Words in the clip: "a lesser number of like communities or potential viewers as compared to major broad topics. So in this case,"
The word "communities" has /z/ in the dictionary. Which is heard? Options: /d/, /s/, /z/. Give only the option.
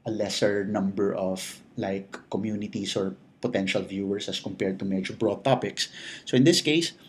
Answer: /s/